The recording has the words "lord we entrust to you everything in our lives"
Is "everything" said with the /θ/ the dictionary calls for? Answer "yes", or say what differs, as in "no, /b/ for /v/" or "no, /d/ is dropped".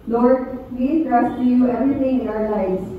no, /t/ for /θ/